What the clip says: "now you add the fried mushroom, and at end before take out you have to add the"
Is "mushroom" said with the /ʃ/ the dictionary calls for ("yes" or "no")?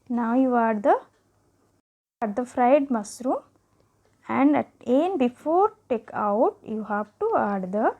no